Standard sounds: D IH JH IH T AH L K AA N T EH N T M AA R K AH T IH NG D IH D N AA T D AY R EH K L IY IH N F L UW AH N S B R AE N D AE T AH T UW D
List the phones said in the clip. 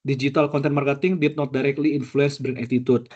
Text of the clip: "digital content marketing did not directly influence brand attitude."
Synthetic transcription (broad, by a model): D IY JH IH T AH L K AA N T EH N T M AA R K AH T IH NG D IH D N AA T D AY R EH K L IY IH N F L UW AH N S B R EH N EH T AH T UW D